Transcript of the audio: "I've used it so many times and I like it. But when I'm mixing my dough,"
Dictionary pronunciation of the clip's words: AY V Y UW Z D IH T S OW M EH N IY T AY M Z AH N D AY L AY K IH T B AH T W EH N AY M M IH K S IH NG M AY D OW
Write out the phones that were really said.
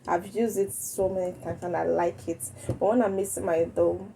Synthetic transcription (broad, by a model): AY V Y UW Z D IH T S OW M EH N IY T AY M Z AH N AY L AY K IH T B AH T W EH N AY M M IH S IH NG M AY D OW